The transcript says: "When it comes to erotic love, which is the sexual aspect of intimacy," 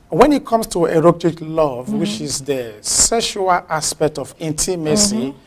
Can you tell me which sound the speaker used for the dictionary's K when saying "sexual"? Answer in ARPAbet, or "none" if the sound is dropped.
none